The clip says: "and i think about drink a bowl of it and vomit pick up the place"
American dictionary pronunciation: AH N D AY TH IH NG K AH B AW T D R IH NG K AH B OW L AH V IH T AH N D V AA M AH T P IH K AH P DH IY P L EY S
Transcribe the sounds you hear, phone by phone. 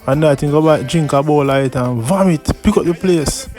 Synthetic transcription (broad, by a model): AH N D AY T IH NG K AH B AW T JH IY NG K AH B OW L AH IH T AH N V AA M AH T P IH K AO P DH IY P L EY S